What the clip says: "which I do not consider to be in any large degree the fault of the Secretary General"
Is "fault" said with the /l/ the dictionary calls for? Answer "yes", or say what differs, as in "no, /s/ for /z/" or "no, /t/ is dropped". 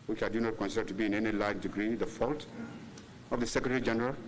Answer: yes